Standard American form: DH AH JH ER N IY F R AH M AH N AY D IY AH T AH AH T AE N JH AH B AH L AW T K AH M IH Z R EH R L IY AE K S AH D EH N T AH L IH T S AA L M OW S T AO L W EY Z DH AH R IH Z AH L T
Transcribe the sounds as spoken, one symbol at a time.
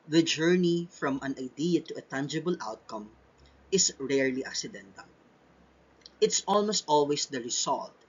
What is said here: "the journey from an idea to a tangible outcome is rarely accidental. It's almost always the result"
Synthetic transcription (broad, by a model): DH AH JH ER N IY F R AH M AH N AY D IY AH T AH AH T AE N JH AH B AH L AW T K AH M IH S R EH R L IY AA K S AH D EH N T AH L IH T S AA L M OW S T AO L W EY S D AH R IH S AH L T